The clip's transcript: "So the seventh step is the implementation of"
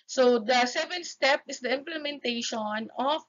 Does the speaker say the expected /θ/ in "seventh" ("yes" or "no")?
no